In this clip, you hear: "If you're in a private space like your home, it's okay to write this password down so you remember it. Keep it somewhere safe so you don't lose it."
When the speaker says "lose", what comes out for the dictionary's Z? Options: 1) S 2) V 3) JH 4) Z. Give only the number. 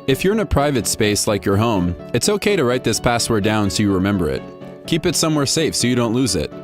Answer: 4